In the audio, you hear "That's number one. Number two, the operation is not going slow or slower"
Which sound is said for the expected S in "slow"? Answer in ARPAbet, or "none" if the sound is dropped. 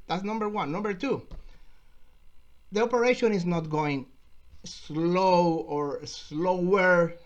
S